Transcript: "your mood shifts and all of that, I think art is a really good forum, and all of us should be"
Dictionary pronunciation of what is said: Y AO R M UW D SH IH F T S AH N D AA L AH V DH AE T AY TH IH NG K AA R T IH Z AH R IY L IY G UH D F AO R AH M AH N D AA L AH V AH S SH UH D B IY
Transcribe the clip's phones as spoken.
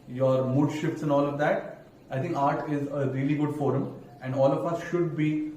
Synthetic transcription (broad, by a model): Y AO R M UW D SH IH F T S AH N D AA L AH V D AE T AY T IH NG K AA R T IH Z AH R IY L IY G UH D F AO R AH M AH N D AA L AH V AH S SH UH D B IY